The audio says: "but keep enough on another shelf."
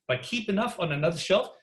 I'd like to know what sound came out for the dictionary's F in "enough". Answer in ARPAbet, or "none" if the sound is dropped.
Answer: F